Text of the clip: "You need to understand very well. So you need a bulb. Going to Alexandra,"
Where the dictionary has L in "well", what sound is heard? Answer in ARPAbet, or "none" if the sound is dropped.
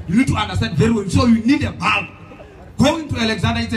N